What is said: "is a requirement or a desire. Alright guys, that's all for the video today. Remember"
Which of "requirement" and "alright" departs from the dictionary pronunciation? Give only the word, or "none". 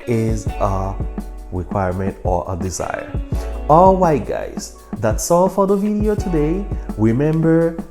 alright